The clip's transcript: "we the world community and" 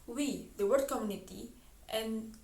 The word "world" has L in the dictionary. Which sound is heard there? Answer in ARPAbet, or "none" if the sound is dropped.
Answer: none